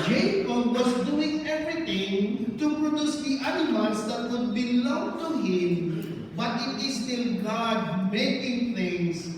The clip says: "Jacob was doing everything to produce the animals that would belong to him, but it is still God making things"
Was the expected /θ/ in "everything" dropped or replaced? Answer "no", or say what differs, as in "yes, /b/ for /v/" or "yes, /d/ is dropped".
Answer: yes, /t/ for /θ/